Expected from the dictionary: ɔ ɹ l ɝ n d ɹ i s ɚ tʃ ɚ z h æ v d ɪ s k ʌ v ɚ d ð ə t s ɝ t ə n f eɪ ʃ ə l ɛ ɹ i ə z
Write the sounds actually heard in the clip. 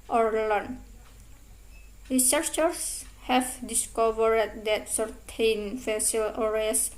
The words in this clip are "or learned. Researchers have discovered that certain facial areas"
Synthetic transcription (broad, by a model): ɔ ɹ l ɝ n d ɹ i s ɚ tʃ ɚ s h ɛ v d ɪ s k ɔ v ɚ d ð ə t s ɝ t ə n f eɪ s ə l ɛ ɹ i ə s